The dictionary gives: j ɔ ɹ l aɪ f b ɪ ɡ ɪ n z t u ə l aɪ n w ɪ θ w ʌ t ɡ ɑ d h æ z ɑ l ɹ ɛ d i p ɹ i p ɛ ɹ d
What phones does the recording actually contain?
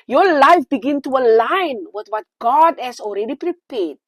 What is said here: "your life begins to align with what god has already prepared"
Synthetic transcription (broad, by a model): j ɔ l aɪ f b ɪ ɡ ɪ n t u ə l aɪ n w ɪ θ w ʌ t ɡ ɑ d h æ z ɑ l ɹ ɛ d i p ɹ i p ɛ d